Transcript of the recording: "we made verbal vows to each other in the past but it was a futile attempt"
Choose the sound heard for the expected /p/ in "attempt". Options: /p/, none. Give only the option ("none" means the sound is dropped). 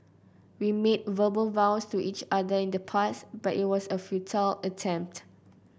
/p/